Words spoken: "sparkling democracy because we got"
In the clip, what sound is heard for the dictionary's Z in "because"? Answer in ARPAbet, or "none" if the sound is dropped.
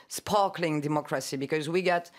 Z